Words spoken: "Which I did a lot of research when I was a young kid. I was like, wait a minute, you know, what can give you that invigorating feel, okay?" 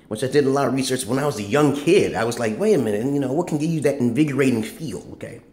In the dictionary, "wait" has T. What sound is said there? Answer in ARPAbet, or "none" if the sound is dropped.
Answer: none